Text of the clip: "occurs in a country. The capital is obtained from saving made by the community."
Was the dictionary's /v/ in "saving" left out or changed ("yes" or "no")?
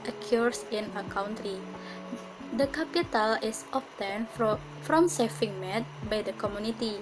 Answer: yes